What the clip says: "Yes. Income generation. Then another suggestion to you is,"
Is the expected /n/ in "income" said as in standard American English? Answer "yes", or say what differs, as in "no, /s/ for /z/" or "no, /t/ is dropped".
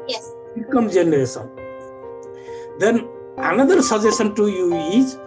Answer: no, /n/ is dropped